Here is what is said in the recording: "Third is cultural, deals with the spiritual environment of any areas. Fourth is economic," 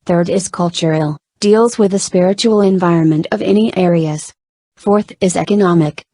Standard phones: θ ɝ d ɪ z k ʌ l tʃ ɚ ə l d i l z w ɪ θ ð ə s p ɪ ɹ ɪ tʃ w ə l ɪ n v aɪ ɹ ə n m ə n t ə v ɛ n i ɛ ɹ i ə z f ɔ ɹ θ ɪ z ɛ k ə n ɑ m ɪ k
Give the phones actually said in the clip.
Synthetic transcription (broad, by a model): θ ɝ d ɪ z k ʌ l tʃ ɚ l d i l z w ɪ ð ə s p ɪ ɹ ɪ tʃ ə l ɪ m v aɪ ɹ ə n m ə n t ə v ɛ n i ɛ ɹ i ə z f ɔ ɹ θ ɪ z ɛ k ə n ɑ m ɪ k